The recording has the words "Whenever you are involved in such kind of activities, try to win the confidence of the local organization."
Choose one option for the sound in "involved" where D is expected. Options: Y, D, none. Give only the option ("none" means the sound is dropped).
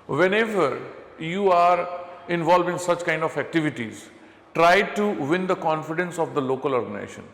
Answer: none